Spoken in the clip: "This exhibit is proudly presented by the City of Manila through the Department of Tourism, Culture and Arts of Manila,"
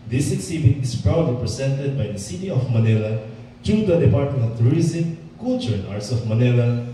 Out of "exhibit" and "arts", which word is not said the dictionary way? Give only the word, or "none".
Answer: exhibit